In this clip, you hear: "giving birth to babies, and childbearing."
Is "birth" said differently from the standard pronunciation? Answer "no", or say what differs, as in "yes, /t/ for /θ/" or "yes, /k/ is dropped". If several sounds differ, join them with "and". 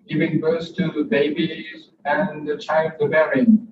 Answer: yes, /s/ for /θ/